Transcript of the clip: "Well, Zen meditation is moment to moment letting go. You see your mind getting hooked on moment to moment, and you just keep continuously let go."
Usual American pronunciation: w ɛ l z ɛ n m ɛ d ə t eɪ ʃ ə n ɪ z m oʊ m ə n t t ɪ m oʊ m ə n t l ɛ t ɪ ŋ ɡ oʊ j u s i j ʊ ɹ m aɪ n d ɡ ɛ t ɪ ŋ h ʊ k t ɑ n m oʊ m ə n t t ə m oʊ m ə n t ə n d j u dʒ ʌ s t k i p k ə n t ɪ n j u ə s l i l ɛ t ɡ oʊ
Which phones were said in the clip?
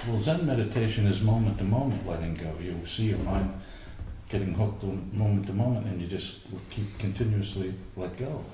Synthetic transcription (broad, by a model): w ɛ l z ɛ n m ɛ d ə t eɪ ʃ ə n ɪ z m oʊ m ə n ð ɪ m oʊ m ə n t l ɛ t ɪ ŋ ɡ oʊ j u s i j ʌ ɹ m aɪ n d ɡ ɛ t ɪ ŋ h ʊ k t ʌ m oʊ m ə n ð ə m oʊ m ə n t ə n j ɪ dʒ ʌ s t k i p k ə n t ɪ n j u ə s l i l ɛ t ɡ oʊ